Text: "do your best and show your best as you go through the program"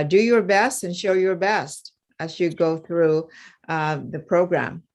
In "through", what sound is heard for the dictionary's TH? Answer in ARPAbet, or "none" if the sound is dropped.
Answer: TH